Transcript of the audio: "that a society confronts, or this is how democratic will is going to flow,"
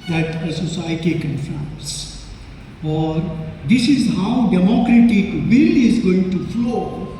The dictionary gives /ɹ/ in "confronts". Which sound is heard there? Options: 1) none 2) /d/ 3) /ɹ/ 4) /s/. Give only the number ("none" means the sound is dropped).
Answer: 1